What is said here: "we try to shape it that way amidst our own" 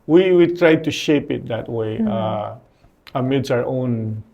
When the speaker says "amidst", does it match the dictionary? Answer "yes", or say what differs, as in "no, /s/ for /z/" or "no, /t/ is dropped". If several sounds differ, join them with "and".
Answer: no, /t/ is dropped